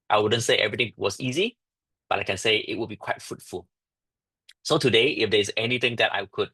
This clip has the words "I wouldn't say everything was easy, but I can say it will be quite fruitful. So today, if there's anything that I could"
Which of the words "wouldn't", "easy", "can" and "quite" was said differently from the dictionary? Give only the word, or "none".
none